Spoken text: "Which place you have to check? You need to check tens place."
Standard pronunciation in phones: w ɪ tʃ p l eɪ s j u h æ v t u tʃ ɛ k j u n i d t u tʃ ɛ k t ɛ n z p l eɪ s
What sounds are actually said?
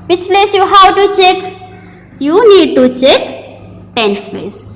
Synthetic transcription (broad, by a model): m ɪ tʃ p l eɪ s j u h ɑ w t u tʃ ɛ k j u n i d t u tʃ ɛ k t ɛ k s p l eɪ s